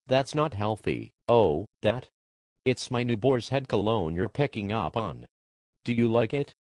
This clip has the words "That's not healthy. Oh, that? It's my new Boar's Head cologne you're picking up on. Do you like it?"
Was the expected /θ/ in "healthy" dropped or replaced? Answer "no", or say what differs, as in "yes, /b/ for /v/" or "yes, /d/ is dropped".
no